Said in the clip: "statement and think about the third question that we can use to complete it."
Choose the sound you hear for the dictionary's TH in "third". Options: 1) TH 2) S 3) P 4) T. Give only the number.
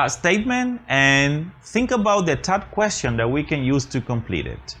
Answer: 4